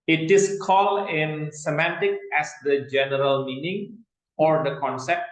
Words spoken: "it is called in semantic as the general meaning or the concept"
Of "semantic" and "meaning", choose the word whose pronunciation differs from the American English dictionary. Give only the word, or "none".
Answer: none